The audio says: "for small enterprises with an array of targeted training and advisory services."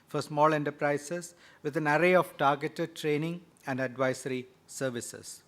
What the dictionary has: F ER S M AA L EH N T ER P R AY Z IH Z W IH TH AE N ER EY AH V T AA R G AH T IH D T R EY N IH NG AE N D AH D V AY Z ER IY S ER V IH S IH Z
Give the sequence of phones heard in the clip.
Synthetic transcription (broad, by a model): F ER S M AA L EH N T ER P R AY S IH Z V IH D AE N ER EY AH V T AA R G AH T IH D T R EY N IH NG AE N D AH D V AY S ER IY S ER V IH S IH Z